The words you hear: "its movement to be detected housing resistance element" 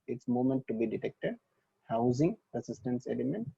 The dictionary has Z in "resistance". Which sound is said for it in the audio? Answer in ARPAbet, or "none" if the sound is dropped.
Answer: S